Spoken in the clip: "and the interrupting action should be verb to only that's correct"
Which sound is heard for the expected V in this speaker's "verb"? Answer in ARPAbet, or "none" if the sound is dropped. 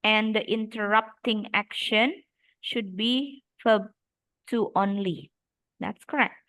F